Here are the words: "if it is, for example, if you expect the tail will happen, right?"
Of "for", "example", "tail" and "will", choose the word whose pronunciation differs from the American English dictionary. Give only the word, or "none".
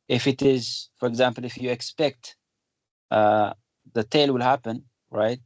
none